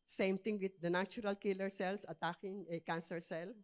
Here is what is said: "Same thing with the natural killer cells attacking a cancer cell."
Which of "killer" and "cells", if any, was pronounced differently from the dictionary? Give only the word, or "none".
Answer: cells